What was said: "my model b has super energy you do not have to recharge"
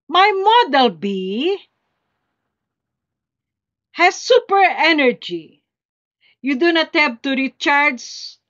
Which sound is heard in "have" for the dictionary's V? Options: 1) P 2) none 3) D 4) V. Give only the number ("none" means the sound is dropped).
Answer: 1